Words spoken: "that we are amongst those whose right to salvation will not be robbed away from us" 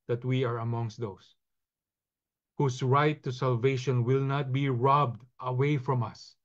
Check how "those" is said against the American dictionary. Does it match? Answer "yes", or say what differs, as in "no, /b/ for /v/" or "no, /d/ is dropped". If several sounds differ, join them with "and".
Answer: no, /s/ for /z/